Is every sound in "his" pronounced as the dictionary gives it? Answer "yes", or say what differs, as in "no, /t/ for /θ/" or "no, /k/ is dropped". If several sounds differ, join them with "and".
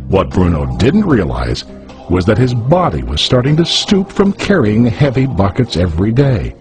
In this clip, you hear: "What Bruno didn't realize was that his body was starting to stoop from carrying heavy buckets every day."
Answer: yes